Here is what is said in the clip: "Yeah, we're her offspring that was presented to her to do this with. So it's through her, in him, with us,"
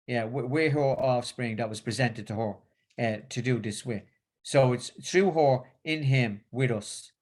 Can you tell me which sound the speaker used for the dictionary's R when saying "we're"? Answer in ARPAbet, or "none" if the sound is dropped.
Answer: W